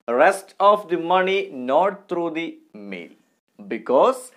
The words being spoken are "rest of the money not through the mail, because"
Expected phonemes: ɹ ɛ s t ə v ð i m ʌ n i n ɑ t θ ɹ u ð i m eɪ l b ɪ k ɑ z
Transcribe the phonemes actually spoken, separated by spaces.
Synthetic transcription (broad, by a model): ɹ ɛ s t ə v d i m ʌ n i n ɑ t t ɹ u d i m eɪ l b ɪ k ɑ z